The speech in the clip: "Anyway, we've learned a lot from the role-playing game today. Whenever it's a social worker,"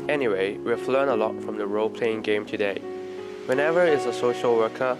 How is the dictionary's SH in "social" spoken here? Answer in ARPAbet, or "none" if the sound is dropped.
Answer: SH